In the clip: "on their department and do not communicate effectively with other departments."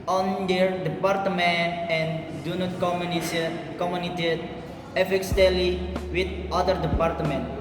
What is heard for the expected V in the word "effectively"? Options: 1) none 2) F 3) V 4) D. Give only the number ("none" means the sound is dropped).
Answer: 1